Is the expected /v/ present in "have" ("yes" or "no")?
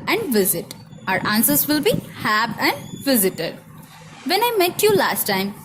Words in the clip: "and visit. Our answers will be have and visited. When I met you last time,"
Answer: no